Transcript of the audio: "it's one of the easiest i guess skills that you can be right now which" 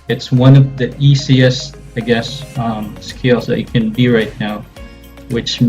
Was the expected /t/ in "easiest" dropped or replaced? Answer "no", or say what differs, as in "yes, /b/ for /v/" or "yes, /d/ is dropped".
yes, /t/ is dropped